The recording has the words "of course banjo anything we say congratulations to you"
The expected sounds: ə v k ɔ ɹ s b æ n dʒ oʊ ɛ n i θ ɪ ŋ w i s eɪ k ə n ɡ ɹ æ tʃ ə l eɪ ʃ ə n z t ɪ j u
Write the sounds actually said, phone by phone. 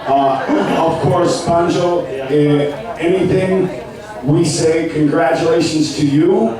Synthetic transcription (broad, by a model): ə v k ɔ ɹ s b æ n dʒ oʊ ɛ n i θ ɪ ŋ w i s eɪ k ə n ɡ ɹ æ tʃ ə l eɪ ʃ ə n z t ɪ j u